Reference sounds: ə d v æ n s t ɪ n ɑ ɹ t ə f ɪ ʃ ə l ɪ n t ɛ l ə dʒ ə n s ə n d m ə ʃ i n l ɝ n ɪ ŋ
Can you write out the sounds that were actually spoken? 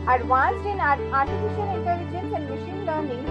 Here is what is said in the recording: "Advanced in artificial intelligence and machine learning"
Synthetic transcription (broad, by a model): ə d v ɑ n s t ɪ n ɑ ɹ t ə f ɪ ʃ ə n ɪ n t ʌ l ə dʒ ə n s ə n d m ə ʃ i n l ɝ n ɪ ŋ